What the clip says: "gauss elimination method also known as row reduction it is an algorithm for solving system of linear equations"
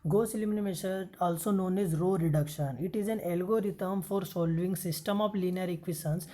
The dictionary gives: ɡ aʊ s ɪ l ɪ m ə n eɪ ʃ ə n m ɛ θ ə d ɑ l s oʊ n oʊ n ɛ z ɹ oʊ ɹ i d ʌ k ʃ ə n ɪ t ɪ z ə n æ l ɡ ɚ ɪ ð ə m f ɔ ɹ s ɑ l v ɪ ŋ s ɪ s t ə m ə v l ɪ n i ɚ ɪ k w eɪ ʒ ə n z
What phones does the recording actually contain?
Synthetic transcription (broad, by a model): ɡ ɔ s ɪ l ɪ m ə n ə m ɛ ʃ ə ɑ l s oʊ n oʊ n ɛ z ɹ oʊ ɹ i d ʌ k ʃ ə n ɪ t ɪ z ə n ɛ l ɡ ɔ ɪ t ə m f ɔ ɹ s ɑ l v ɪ ŋ s ɪ s t ə m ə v l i n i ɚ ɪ k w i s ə n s